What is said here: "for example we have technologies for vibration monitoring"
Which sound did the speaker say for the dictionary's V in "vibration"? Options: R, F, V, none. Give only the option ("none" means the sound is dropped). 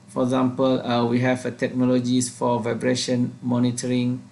V